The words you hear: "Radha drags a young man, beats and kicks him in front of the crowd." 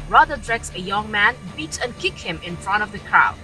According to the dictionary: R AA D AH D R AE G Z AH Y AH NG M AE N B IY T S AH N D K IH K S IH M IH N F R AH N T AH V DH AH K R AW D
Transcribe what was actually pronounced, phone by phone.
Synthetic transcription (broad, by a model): R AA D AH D R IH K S AH Y AH NG M AE N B IY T AH N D K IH K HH IH M IH N F R AH N T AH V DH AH K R AW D